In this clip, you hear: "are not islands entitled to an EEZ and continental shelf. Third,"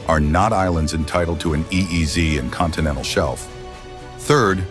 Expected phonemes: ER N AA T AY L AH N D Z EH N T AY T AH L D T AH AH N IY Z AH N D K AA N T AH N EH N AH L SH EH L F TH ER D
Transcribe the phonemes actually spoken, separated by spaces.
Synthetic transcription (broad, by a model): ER N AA T AY L AH N D Z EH N T AY T L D T AH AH N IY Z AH N K AA N T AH N EH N L SH EH L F TH ER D